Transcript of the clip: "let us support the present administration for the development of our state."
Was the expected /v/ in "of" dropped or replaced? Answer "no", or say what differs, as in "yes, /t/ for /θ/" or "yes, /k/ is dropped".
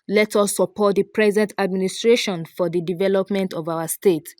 no